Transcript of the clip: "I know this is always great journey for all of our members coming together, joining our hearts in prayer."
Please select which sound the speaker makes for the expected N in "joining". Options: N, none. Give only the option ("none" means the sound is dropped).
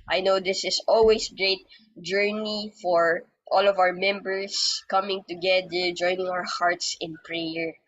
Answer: N